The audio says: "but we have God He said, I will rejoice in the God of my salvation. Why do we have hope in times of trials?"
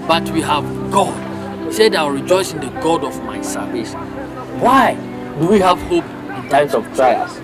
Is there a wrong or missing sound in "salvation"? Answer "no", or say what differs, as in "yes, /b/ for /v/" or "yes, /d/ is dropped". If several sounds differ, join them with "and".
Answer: yes, /l/ is dropped